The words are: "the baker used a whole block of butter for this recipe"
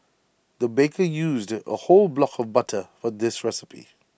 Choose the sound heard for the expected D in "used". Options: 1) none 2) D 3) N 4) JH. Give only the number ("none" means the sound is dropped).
2